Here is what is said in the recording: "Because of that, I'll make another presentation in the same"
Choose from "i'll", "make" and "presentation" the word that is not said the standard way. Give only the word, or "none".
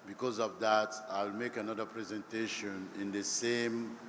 none